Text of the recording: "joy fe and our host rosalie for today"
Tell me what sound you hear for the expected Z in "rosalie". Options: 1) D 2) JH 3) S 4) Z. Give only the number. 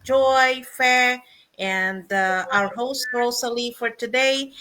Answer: 3